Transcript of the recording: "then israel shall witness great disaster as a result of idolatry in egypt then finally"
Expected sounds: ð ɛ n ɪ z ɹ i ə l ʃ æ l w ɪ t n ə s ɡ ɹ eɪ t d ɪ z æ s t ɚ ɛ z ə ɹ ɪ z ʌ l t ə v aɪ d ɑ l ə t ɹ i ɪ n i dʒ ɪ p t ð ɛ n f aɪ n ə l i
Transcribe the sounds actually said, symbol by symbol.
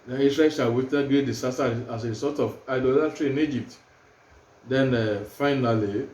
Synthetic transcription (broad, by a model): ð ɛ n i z ɹ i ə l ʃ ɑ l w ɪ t ə ɡ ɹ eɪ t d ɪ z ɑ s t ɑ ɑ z ə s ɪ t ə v aɪ d ɑ l ə t ɹ i ɪ n i dʒ ɪ p t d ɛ n f aɪ n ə l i